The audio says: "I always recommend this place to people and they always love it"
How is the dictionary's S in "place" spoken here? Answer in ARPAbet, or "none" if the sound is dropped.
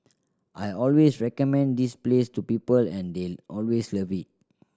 S